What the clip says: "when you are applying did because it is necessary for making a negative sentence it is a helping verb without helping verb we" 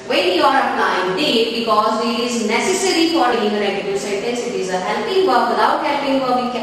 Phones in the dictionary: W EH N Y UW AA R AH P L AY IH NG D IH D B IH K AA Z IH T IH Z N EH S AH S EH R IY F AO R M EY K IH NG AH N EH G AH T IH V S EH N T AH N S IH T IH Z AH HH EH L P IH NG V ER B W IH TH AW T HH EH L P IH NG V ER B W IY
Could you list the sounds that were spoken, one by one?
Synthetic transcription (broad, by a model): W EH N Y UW AA R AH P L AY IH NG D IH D B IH K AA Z IH T IH Z N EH S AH S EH R IY F AO R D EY IH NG AH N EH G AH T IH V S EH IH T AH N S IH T IH Z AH HH EH L P IH NG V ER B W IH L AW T HH EH L P IH NG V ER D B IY